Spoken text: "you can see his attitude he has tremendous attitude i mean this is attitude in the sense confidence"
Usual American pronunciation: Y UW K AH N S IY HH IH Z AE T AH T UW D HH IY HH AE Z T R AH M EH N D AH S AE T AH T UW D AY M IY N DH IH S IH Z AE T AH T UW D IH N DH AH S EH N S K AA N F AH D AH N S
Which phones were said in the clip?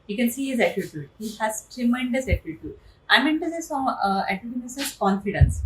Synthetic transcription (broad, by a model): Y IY K AH N S IY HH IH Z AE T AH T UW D HH IY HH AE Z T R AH M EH N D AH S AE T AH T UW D AY M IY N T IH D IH S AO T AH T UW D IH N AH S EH S K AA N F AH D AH N S